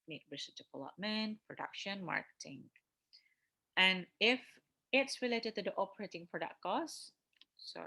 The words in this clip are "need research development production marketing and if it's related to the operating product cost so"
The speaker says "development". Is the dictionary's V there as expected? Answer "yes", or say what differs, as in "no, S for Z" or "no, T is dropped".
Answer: no, P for V